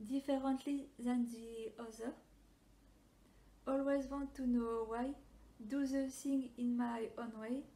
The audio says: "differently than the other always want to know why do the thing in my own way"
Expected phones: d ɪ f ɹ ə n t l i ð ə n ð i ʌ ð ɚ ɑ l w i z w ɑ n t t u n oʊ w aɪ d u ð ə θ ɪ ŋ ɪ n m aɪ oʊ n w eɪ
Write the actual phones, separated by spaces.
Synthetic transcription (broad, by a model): d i f ɹ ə n t l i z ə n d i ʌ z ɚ ɑ l w i z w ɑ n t t u n oʊ w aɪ d u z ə s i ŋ ɪ n m aɪ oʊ n w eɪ